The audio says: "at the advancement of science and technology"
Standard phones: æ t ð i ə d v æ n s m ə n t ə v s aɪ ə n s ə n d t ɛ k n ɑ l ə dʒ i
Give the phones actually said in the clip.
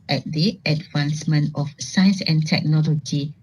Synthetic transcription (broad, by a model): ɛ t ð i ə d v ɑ n s m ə n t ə f s aɪ ə n s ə n t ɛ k n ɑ l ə dʒ i